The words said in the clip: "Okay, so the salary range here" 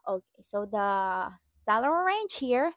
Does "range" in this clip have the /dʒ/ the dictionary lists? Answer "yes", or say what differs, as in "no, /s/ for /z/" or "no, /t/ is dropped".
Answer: no, /tʃ/ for /dʒ/